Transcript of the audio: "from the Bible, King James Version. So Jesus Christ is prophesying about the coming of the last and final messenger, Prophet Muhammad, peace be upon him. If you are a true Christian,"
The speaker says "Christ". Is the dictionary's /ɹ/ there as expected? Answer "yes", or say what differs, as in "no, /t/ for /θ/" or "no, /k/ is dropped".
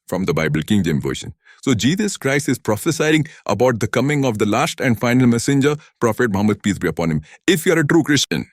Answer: yes